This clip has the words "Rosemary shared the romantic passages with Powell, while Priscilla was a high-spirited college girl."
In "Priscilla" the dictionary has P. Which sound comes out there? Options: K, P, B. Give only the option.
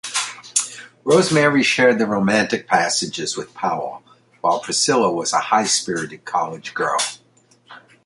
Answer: P